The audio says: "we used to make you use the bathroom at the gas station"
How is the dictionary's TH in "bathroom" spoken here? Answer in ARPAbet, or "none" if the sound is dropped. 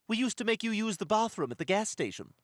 TH